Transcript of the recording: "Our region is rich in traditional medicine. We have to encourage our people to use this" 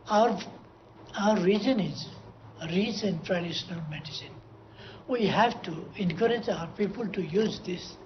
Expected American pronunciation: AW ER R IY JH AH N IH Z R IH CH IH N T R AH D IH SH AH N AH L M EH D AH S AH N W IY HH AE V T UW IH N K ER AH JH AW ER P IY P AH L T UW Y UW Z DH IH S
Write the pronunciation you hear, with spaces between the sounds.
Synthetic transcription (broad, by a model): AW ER R IY JH AH N IH Z R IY S IH N T R AH D IH SH AH N AH L M EH D AH S AH N W IY HH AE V T UW IH N K ER AH JH AW ER P IY P AH L T UW Y UW Z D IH S